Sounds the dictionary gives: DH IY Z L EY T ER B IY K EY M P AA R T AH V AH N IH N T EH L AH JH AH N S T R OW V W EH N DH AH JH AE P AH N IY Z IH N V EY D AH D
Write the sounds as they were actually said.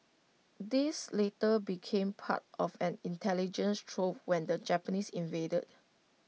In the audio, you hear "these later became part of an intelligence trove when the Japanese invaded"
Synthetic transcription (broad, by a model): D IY S L EY T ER B IY K EY M P AA T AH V AH N IH N T EH L AH JH AH N S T R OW P W EH N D AH JH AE P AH N IY S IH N V EY D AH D